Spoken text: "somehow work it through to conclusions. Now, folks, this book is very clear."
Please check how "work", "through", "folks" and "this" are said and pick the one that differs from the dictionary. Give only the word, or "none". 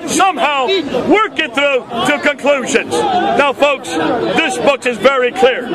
none